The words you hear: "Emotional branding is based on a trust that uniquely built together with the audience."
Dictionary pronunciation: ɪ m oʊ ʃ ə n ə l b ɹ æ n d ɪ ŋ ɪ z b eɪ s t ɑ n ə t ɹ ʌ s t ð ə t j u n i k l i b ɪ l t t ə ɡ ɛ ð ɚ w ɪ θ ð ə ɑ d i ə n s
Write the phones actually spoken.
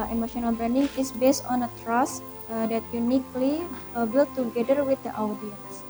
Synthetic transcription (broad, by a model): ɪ m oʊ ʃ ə n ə l b ɹ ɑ n d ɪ ŋ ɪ s b eɪ s t ɑ n ə t ɹ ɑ s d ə t j u n i k l i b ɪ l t t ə ɡ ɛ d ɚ w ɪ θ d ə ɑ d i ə n s